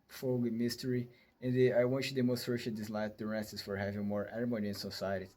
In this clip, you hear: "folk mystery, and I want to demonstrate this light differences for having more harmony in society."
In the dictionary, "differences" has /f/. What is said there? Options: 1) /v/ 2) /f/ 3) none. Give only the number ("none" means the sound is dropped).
3